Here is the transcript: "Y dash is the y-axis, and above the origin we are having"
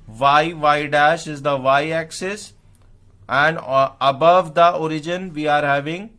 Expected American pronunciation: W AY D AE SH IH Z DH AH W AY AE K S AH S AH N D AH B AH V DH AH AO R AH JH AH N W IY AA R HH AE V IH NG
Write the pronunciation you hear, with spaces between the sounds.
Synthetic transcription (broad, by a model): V AY D AE SH IH Z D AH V AY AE K S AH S AH N D AH B AH V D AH AO R AH JH AH N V IY AA R HH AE V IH NG